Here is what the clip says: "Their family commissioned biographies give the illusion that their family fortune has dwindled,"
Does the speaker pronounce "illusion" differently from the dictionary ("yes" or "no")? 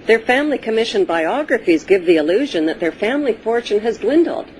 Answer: no